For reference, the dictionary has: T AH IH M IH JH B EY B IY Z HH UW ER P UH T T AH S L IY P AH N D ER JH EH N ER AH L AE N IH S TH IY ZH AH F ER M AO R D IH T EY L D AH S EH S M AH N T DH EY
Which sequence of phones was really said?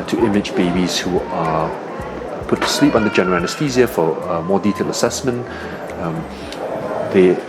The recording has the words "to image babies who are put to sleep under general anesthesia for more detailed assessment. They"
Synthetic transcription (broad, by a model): T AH IH M IH JH B EY B IY Z HH UW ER P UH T T AH S L IY P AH N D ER JH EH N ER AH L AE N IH S T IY Z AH F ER M AO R D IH T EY L AH S EH S M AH N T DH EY